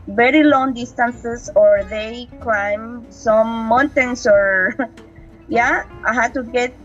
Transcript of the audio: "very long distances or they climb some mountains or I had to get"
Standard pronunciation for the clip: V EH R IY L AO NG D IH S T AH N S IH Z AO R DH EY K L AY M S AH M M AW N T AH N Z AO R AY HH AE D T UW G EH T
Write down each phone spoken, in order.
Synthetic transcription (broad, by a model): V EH R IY L AO NG D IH S T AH N S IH S AO R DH EY K L AY M S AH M M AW N T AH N S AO R AY HH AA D T UW G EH T